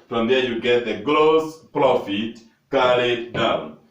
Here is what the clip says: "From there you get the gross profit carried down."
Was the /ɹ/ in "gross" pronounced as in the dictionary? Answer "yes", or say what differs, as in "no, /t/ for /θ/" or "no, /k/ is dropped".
no, /l/ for /ɹ/